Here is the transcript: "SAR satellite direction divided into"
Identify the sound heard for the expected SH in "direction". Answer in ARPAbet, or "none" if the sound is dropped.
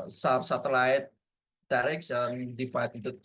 S